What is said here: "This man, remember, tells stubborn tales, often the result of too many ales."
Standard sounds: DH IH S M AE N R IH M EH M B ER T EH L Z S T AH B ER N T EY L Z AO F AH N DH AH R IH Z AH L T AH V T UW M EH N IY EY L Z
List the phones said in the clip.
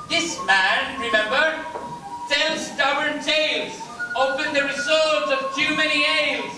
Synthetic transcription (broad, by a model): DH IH S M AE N R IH M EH M B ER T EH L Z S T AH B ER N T EY L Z AO P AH N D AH R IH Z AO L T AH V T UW M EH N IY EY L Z